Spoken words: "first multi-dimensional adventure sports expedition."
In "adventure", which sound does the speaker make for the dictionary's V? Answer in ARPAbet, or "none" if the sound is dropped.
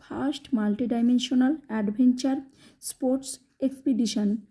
B